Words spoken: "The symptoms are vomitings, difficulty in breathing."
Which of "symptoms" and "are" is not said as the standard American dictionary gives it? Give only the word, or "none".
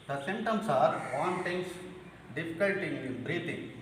symptoms